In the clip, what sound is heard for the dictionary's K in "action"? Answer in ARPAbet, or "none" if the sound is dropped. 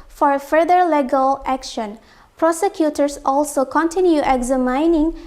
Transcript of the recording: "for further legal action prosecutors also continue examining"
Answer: K